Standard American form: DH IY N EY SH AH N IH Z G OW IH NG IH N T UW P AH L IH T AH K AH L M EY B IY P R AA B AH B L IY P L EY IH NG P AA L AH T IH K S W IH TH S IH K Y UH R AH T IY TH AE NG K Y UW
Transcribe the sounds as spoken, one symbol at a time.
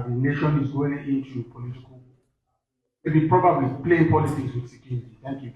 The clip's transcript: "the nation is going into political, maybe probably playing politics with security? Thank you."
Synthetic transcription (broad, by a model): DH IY N EY SH AH N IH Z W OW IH IH N T UW P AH L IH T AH K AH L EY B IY P R AA B AH B L IY P L EY IH NG P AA L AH S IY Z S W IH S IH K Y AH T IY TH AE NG K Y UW